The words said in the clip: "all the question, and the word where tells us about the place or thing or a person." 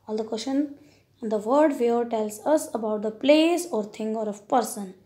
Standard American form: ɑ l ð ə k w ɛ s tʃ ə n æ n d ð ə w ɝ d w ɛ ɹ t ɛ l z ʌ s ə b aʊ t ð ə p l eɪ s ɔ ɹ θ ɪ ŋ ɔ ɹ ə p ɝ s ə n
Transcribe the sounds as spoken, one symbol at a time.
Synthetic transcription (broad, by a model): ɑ l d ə k w ɛ s tʃ ə n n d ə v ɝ d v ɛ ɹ t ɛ l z ʌ s ə b aʊ t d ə p l eɪ s ɔ ɹ t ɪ ŋ ɔ ɹ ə p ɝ s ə n